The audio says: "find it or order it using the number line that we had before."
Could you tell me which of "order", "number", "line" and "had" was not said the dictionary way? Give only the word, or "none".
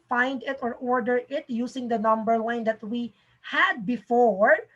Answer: line